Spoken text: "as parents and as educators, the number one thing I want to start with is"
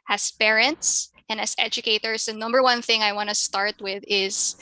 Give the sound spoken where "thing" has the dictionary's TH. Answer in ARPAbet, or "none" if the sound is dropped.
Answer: TH